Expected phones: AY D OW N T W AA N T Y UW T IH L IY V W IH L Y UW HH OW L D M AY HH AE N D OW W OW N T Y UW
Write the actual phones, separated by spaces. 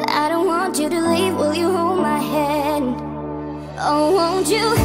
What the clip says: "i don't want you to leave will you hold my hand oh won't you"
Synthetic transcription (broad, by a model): AY D OW N T W AA N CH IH T IH L IY V W IH L Y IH HH OW L D M AY HH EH D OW W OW N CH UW